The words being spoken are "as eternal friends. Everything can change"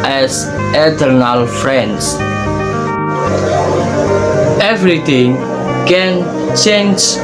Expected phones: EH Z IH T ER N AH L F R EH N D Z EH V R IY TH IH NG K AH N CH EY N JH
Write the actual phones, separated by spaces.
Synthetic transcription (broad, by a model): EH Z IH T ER N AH L F R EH N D S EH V R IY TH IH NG K AH N CH EY N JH